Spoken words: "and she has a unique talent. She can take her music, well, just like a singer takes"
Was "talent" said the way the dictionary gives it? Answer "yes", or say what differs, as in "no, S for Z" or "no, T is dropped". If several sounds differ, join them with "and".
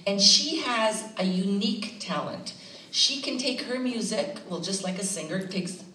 yes